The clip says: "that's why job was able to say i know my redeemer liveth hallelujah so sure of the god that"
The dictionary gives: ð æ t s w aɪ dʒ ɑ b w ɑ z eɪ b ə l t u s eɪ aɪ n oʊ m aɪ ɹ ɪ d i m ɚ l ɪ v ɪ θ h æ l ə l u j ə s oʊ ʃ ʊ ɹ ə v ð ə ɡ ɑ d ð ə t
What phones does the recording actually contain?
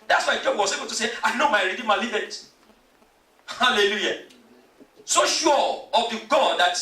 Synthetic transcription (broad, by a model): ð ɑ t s w aɪ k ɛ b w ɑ s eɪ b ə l t u s eɪ aɪ n oʊ m aɪ ɹ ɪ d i m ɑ l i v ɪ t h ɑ l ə l u j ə s oʊ ʃ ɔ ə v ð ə ɡ ɑ d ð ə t